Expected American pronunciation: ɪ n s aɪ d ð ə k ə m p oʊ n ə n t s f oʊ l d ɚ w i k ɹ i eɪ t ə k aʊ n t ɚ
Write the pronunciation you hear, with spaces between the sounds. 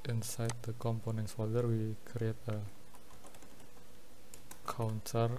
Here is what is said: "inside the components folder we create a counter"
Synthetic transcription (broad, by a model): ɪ n s aɪ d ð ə k ə m p oʊ n ə n t s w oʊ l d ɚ w i k ɹ i eɪ t ə k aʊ n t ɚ